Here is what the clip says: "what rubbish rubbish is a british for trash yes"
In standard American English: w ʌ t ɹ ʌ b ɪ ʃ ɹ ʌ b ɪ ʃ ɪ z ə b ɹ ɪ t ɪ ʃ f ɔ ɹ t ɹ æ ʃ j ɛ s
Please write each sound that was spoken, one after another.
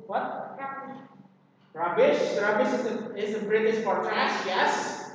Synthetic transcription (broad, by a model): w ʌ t ɹ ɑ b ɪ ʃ ɹ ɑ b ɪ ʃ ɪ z ə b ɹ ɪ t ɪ s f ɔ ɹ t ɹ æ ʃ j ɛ s